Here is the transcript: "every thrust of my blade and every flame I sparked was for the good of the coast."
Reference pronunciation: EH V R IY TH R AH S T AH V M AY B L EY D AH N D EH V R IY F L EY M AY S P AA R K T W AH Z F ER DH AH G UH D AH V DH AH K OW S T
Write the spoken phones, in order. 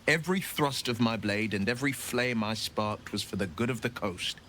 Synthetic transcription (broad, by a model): EH V R IY TH R AH S T AH V M AY B L EY D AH N EH V R IY F L EY M AY S P AA R K T W AH Z F ER DH AH G UH D AH V DH AH K OW S T